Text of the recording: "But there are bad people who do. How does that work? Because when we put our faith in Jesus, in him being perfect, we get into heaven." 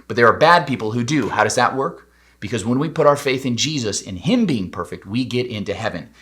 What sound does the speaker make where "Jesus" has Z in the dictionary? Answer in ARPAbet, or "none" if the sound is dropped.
Z